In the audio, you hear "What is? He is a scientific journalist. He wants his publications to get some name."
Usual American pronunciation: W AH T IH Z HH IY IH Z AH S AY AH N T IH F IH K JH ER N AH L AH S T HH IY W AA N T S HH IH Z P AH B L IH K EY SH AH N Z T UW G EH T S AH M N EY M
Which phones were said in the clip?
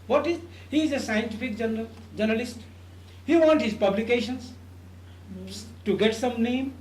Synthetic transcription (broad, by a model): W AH T IH Z HH IY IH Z AH S AY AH N T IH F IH K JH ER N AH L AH S T HH IY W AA N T HH IH Z P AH B L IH K EY SH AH N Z T UW G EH T S AH M N EY M